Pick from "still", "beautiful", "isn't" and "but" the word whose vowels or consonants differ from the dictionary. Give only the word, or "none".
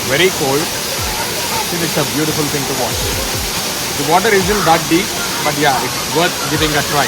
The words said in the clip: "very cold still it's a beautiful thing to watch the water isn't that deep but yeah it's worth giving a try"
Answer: still